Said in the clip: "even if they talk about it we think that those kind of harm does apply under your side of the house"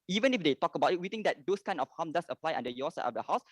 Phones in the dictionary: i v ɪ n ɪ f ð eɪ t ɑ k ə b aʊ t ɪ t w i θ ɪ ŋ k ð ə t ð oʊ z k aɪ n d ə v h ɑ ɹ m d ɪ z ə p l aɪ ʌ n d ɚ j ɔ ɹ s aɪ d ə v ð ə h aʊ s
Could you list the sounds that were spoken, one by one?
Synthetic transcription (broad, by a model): i v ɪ n ɪ f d eɪ t ɑ k ə b aʊ t ɪ t w i t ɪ ŋ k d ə t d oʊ s k aɪ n ə f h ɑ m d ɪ s ə p l aɪ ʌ n d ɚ j ɔ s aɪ ə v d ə h aʊ s